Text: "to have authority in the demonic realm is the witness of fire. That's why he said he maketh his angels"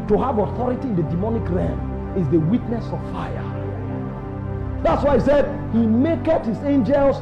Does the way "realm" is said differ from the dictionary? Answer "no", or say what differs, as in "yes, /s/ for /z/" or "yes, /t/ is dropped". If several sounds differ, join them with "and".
yes, /l/ is dropped